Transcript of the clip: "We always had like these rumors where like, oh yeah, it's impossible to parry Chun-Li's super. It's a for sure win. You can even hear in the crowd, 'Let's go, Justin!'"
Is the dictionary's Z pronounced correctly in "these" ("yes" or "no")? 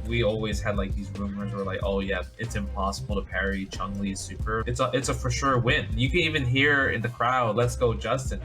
yes